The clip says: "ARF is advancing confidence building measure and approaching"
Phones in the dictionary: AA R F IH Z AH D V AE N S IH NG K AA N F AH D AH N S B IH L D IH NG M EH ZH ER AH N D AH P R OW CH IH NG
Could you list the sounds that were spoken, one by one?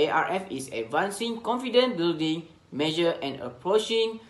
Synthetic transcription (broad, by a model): AA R F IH S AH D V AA N S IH NG K AA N F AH D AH N B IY L D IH NG M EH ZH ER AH N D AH P R OW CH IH NG